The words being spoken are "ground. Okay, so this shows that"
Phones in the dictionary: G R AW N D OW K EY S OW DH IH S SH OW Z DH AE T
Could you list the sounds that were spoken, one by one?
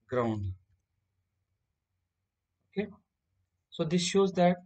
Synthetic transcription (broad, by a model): G R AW N D OW K EY S OW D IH S SH OW Z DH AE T